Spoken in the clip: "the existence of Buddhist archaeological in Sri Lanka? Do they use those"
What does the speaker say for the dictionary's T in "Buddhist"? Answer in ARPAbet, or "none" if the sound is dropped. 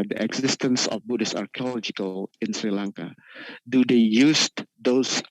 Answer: none